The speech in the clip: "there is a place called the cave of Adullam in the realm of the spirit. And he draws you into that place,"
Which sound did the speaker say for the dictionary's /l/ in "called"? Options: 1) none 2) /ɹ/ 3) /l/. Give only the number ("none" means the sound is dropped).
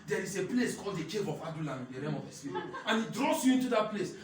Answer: 3